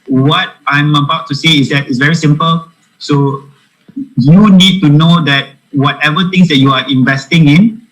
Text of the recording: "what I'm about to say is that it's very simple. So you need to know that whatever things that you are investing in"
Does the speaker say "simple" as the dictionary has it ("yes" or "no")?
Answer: yes